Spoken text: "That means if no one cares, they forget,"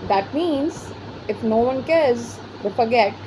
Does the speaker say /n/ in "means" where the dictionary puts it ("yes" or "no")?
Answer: yes